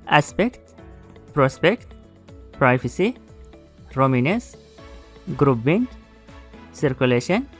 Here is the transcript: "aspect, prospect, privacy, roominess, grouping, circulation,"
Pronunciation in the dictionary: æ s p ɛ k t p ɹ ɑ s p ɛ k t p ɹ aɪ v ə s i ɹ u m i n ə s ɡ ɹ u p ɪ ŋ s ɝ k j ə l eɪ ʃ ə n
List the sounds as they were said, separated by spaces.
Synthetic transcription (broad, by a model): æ s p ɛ k t p ɹ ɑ s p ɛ k t p ɹ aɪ f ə s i ɹ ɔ m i n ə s ɡ ɹ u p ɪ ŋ s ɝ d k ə l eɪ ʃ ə n